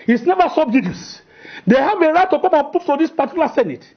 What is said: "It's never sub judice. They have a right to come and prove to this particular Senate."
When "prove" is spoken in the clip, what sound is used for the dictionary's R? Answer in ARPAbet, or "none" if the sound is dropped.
none